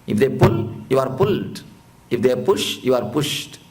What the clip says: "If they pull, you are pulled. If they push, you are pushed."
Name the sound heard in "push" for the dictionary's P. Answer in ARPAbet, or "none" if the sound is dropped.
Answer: P